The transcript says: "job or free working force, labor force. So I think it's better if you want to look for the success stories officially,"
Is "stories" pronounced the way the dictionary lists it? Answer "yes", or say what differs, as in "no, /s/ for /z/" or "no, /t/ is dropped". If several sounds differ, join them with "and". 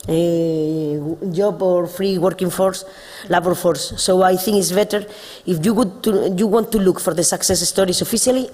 no, /s/ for /z/